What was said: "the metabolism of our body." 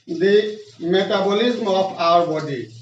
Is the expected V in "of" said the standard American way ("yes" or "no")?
no